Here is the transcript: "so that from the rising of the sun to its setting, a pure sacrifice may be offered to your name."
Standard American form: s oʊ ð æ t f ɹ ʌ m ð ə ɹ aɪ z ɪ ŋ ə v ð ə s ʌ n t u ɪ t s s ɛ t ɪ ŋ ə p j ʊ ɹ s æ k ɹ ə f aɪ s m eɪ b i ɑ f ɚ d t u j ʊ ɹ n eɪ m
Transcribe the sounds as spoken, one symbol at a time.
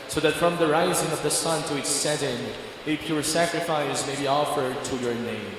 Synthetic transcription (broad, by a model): s oʊ ð æ t f ɹ ʌ m ð ə ɹ aɪ z ɪ ŋ ə v ð ə s ʌ n t u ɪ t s s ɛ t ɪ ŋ ə p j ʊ ɹ s æ k ɹ ə f aɪ s m eɪ b i ɑ f ɚ d t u j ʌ ɹ n eɪ m